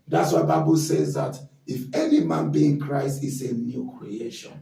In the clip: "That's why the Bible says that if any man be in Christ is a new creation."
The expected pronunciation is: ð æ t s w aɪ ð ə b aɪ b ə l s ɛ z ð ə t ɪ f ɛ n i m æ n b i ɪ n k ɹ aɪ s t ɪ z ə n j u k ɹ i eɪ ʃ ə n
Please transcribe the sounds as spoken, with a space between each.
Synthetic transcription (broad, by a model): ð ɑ t s w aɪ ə b aɪ b ə l s ɛ z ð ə t ɪ f ɛ n i m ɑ n b i ɪ n k ɹ aɪ s t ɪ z ə n j u k ɹ i eɪ ʃ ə n